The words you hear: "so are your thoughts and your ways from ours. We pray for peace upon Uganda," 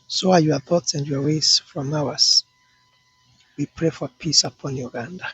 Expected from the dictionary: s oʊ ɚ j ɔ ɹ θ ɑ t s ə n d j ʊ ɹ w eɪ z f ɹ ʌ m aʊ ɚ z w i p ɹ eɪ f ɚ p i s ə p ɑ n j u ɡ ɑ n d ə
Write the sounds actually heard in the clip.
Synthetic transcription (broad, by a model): s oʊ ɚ j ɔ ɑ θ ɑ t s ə n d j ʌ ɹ w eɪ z f ɹ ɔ m aʊ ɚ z w i p ɹ eɪ f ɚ p i s ə p ɑ n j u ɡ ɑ n d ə